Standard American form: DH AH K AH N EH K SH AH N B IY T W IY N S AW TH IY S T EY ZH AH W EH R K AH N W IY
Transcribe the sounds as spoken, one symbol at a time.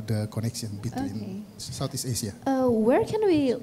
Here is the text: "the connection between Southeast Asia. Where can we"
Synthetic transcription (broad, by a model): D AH K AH N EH K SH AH N B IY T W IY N S AW T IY S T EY SH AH W EH R K AH N W IY